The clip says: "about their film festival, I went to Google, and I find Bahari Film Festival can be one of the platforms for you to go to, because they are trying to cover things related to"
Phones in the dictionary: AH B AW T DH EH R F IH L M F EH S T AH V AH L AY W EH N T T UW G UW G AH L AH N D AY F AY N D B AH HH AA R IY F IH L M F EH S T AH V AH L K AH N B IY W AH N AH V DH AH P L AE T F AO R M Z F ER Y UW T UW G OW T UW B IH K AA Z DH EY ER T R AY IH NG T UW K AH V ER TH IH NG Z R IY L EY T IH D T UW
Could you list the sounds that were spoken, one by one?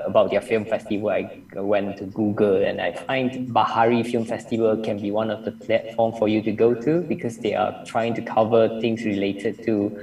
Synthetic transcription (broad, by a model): AH B AW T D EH F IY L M F EH S T AH V AH L AY W EH N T T UW G UW G AH L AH N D AY F AY N D B AH HH AA R IY F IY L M F EH S T AH V AH L K AH N B IY W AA N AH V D AH P L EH T F AO M F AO Y UW T UW G OW T UW B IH K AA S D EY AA T R AY IH NG T UW K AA V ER T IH NG S R IY L EY T IH D T UW